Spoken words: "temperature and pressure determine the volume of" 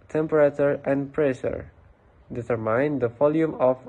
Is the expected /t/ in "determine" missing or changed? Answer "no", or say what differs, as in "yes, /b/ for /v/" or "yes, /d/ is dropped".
yes, /s/ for /t/